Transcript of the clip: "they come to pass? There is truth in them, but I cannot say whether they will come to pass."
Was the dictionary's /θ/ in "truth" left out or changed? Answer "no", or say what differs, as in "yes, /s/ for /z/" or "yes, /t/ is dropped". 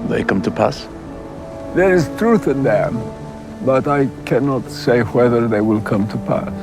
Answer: no